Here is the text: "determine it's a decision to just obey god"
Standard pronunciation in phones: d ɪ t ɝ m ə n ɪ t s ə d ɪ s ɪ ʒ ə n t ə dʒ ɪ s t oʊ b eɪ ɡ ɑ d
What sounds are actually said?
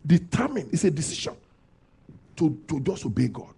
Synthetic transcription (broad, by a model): d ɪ t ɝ m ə n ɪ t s ə d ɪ s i ʃ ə n t ə dʒ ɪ s oʊ b eɪ ɡ ɑ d